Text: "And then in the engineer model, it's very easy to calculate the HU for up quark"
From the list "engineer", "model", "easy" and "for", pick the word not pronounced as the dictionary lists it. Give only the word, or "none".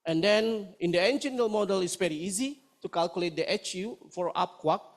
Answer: engineer